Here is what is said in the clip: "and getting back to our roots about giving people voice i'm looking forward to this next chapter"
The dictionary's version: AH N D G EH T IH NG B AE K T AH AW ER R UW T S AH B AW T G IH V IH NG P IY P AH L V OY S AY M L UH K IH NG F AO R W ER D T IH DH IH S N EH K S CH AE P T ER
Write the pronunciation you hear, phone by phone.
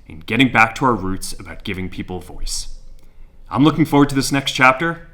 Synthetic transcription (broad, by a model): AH N G EH T IH NG B AE K T AH AW ER R UW T S AH B AW T G IH V IH NG P IY P L V OY S AY M L UH K IH NG F AO R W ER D T IH DH IH S N EH K S CH AE P T ER